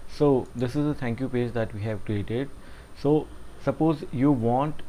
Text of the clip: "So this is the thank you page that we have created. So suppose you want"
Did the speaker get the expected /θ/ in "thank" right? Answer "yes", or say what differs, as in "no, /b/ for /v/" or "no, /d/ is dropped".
no, /t/ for /θ/